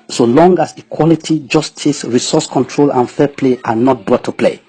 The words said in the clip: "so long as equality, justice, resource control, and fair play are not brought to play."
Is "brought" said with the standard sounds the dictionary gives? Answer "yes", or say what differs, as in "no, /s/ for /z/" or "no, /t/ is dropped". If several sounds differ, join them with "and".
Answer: no, /ɹ/ is dropped